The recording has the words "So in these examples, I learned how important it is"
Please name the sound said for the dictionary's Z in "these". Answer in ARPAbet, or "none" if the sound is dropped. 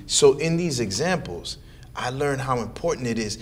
Z